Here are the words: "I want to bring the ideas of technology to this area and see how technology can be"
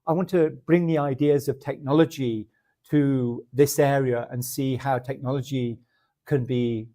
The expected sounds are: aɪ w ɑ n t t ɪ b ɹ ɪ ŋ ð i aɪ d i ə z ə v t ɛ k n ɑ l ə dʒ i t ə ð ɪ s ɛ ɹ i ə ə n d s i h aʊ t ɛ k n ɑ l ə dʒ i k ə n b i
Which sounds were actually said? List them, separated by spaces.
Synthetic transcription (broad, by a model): aɪ w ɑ n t t ɪ b ɹ ɪ ŋ ð i aɪ d i ə z ə v t ɛ k n ɑ l ə dʒ i t ə ð ɪ s ɛ ɹ i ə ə n s i h aʊ t ɛ k n ɑ l ə dʒ i k ə n b i